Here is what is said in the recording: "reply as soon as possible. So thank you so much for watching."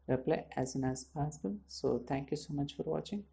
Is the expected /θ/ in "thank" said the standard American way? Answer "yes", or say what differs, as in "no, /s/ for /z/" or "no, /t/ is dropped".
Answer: no, /t/ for /θ/